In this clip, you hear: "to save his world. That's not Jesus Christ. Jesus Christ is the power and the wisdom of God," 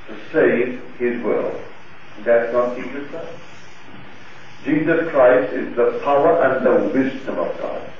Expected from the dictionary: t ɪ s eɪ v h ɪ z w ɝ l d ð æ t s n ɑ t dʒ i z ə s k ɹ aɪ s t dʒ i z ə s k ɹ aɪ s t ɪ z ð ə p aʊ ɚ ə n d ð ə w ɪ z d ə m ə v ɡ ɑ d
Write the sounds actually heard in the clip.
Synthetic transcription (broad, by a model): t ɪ s eɪ v ɪ z w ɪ l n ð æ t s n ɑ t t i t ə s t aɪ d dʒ i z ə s k ɹ aɪ s t ɪ z ð ə p aʊ ɚ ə n ð ə w ɪ z d ə m ə v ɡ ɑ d